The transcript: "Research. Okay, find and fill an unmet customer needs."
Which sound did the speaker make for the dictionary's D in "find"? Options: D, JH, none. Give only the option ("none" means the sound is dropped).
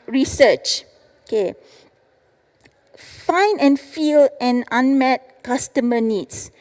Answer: none